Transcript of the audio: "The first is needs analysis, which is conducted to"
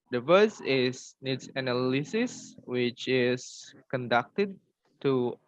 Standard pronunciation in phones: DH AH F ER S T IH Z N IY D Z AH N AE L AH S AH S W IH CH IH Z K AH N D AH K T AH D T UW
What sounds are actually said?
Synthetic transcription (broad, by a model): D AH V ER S IH S N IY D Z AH N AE L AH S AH S W IH CH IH S K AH N D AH K T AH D T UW